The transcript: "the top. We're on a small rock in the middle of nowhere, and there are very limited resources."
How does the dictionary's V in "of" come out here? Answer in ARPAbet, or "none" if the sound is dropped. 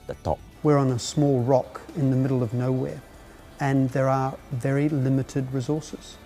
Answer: V